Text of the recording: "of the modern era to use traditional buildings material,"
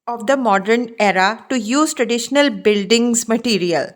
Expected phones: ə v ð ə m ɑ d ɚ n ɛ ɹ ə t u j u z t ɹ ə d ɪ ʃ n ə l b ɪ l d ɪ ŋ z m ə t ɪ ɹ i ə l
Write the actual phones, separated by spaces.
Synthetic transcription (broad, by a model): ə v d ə m ɑ d ɚ n ɛ ɹ ə t u j u z t ɹ ə d ɪ ʃ n ə l b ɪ l d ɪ ŋ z m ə t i ɹ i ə l